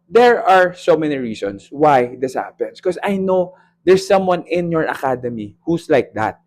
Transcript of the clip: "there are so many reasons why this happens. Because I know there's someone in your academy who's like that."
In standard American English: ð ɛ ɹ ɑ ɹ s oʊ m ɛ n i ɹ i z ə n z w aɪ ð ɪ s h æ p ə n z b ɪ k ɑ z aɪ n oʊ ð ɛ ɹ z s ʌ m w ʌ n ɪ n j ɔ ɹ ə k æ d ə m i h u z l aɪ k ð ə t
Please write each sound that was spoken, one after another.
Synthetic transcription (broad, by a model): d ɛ ɹ ɑ ɹ s oʊ m ɛ n i ɹ i s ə n s w aɪ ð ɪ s h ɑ p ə n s k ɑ s aɪ n oʊ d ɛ ɹ s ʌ m w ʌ n ɪ n j ɔ ɹ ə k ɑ d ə m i h u s l aɪ k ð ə t